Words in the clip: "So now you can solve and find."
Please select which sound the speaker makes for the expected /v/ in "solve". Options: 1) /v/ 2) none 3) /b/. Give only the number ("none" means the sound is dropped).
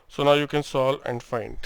2